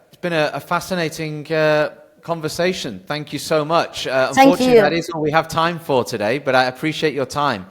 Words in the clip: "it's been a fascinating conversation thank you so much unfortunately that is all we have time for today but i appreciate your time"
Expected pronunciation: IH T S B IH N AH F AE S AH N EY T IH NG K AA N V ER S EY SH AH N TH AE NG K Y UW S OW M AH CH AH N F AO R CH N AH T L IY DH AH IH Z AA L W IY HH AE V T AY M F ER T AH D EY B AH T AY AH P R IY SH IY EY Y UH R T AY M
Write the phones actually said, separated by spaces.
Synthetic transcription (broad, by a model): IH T S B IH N AH F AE S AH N EY T IH NG K AA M V ER S EY SH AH N TH AE NG K Y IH S OW M AH CH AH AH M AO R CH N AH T IH Z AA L W IY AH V T AY M F ER T AH D EY B AH T AY AH P R IY SH IY EY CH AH R T AY M